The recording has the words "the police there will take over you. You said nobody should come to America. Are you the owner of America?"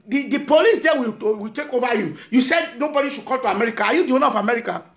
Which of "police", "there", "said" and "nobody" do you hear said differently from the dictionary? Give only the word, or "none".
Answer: there